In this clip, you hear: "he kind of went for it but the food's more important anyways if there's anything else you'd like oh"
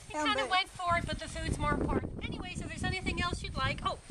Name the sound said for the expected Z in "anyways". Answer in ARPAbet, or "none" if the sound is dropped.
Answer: S